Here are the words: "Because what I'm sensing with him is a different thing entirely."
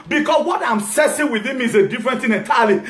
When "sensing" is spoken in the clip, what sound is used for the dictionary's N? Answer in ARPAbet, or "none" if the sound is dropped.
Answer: none